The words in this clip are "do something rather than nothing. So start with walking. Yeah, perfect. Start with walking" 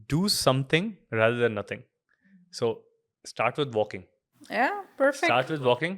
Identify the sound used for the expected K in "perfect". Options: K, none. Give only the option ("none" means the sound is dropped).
none